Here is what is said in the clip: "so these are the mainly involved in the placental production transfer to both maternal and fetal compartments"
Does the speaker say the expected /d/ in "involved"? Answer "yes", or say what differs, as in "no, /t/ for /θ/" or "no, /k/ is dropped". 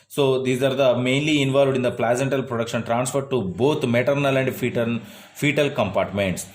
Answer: yes